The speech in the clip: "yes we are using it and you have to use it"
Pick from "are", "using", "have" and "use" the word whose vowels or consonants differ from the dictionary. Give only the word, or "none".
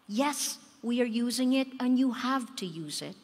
none